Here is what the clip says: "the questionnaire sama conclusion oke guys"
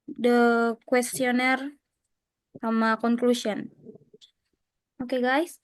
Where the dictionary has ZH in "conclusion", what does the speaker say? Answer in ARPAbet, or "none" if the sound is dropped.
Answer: S